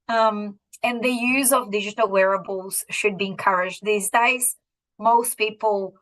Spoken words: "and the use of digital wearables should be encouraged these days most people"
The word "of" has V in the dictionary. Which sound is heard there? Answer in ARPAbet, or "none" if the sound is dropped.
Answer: V